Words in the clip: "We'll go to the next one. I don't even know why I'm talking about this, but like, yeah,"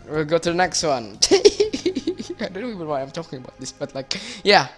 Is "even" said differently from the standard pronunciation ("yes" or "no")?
yes